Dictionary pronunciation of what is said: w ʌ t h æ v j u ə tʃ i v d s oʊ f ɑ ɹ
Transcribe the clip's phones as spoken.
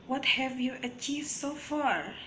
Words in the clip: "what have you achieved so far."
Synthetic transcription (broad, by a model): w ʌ t h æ v j u ə tʃ i v d s oʊ f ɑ ɹ